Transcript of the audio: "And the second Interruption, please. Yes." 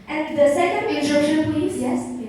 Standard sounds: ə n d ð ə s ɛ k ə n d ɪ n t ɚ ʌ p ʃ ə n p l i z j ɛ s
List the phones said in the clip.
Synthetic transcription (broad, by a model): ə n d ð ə s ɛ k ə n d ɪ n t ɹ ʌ ʃ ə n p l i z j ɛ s